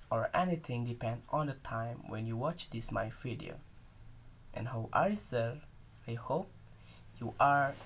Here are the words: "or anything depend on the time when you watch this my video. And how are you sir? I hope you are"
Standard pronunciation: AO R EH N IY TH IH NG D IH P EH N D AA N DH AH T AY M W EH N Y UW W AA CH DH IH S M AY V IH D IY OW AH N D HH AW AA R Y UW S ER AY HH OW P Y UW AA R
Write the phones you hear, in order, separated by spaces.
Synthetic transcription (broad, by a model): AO R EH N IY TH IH NG D IH P EH N D AA N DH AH T AY M W EH N Y UW W AA CH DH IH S M AY F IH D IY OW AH N HH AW AA R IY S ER AY HH OW P Y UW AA R